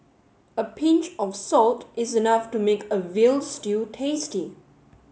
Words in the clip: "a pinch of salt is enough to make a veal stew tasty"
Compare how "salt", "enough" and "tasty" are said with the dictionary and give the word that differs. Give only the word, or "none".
none